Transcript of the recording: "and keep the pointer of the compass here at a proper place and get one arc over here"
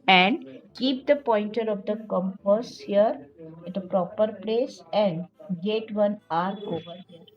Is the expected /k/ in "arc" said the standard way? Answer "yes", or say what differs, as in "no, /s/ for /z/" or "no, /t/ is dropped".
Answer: no, /k/ is dropped